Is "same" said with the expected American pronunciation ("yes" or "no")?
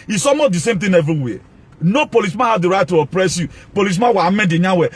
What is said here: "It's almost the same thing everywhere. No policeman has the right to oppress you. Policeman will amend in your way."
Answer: yes